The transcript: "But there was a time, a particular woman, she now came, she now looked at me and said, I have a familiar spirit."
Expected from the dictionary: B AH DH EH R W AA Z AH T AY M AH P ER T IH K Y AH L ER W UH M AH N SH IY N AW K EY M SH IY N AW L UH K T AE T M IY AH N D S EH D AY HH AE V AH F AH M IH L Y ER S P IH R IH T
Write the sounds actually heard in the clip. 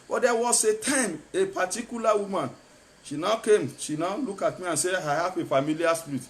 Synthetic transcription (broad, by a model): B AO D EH W AA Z AH T AY M AH P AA T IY K Y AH L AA W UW M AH N SH IY N AW K EY M SH IY N AW L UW K AA T M IY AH N S EH AY HH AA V AH F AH M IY L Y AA S P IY R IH T